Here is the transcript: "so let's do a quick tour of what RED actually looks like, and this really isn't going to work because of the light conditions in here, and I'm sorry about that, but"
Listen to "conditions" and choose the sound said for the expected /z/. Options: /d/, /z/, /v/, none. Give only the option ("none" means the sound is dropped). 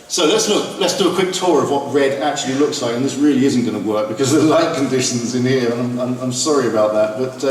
/z/